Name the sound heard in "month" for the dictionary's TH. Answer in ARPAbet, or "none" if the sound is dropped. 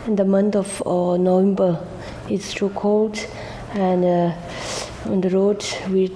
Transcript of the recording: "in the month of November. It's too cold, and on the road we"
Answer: T